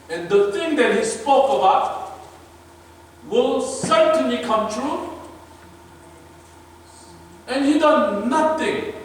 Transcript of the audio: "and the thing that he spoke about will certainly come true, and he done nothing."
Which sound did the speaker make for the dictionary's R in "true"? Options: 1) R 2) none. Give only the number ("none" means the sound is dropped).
1